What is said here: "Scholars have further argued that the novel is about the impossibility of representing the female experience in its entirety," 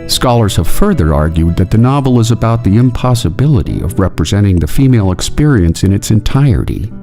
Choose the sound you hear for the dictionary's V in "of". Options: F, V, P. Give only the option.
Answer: V